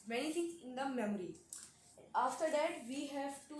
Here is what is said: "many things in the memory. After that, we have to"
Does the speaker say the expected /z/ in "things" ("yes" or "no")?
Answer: no